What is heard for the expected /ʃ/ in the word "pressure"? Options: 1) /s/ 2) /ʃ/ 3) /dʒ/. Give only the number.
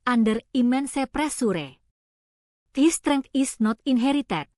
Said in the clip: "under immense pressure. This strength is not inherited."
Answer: 1